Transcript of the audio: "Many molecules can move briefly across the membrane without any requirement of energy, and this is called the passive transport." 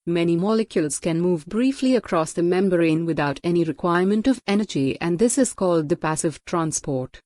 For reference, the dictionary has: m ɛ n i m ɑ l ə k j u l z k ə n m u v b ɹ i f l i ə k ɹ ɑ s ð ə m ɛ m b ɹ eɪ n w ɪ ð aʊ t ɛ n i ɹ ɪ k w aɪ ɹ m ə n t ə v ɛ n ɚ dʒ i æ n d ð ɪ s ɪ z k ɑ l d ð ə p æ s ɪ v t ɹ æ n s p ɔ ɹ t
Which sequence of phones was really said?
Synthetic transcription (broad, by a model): m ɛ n i m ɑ l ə k j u l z k ə n m u v b ɹ i f l i ə k ɹ ɑ s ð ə m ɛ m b ɹ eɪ n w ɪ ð aʊ t ɛ n i ɹ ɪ k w aɪ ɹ m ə n t ə v ɛ n ɚ dʒ i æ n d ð ɪ s ɪ z k ɑ l d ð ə p æ s ɪ v t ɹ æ n s p ɔ ɹ t